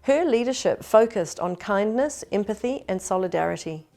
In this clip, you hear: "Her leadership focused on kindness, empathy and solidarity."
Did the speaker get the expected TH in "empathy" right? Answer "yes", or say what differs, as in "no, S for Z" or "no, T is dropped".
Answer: yes